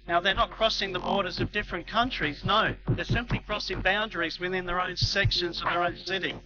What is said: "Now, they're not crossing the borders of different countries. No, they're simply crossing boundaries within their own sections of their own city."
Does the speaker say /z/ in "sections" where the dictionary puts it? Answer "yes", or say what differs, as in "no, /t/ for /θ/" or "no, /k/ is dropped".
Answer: yes